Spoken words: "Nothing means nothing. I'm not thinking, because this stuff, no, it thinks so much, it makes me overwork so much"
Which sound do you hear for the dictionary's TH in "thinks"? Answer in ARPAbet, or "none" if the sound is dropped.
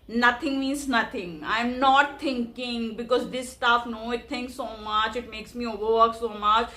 T